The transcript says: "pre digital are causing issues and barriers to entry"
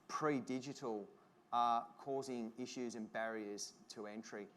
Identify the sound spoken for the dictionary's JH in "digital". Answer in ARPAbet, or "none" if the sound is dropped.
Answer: JH